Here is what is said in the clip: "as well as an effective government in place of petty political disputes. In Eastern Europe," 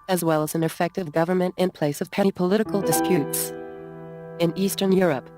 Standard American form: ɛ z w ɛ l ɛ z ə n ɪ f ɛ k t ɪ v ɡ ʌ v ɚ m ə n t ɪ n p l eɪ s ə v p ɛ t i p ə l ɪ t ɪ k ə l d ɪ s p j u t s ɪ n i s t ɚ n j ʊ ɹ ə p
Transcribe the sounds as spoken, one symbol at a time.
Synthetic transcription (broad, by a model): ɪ z w ɛ l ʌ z n ɪ f ɛ k t ɪ v ɡ ʌ v ɚ m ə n t ɪ n p l eɪ s ə v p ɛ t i p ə l ɪ t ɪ k l d ɪ s p j u t s ɪ n i s t ɚ n j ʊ ɹ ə p